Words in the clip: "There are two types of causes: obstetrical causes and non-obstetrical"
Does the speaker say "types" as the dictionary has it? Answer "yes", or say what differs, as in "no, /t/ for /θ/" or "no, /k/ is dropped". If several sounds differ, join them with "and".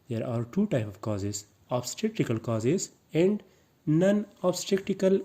no, /s/ is dropped